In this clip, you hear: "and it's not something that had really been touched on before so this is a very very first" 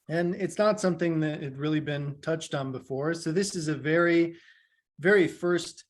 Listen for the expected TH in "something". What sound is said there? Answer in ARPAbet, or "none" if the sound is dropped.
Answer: TH